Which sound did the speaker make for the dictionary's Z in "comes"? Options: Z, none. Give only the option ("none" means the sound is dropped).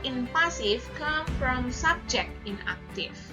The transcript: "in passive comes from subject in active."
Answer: none